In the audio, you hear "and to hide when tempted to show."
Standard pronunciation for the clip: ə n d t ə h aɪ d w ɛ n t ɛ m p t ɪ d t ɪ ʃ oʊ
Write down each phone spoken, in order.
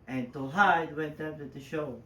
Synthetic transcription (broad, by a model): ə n t ə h aɪ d w ɛ n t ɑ p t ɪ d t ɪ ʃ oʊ